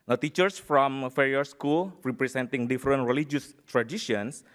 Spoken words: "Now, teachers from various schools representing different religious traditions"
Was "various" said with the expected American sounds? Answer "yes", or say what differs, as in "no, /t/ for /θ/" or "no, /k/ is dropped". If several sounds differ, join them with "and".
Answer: no, /f/ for /v/